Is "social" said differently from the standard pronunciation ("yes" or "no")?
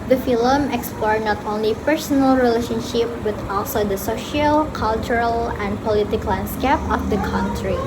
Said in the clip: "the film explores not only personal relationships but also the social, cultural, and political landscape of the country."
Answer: no